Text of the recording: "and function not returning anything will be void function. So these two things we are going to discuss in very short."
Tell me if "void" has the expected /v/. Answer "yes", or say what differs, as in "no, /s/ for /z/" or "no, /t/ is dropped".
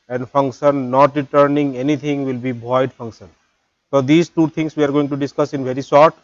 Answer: no, /b/ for /v/